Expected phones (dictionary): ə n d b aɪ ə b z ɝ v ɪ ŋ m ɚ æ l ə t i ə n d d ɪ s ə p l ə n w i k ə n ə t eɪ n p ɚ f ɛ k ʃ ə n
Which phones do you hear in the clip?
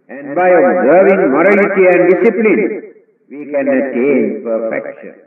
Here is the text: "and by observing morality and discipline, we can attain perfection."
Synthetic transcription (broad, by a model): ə n d b aɪ ə b z ɝ v ɪ ŋ m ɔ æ l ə t i ə n d d ɪ s ə p l ə n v i k ə n ə t eɪ n p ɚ f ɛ k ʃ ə n